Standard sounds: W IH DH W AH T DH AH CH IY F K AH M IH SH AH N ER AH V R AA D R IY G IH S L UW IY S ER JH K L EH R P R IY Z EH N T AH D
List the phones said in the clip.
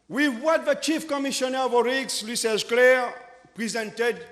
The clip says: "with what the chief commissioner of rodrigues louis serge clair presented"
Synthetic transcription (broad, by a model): W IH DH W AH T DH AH CH IY F K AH M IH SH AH N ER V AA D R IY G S L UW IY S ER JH K L EH R P R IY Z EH N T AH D